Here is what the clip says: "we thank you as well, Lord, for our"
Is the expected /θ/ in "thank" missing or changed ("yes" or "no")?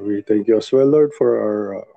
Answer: yes